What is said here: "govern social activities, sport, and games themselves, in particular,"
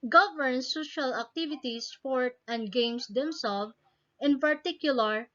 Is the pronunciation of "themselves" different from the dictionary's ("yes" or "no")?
yes